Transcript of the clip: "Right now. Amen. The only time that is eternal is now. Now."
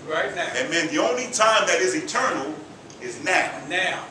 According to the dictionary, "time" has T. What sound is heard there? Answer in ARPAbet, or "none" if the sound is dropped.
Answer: T